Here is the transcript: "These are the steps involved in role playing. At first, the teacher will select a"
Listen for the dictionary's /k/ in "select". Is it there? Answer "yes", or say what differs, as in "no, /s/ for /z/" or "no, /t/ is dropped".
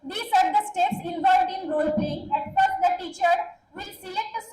no, /k/ is dropped